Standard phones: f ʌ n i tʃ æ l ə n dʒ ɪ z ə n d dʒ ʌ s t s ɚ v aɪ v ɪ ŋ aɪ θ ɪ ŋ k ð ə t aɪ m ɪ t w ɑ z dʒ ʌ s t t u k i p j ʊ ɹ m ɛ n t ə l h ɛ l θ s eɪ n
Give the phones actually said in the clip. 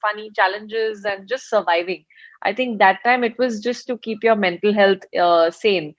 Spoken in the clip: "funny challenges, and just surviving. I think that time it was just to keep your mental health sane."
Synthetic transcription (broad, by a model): f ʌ n i tʃ æ l ə n dʒ ɪ z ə n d dʒ ʌ s t s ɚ v aɪ v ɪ ŋ aɪ t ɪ ŋ k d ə t aɪ m ɪ t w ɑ z dʒ ʌ s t t u k i p j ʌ ɹ m ɛ n t ə l h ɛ l t s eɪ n